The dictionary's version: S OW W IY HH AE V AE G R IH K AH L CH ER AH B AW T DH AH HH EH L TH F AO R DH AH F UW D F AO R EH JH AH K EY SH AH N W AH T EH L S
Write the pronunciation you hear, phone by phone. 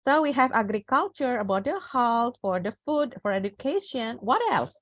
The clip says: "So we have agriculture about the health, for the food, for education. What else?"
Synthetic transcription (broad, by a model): S OW W IY HH AE V AE G R IH K AH L CH ER AH B AW T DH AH HH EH L T F AO R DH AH F UW D F AO R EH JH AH K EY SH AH N W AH T EH L S